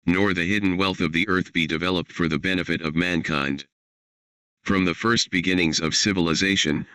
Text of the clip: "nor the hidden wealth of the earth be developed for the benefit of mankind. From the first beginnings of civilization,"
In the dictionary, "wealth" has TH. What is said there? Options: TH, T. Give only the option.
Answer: TH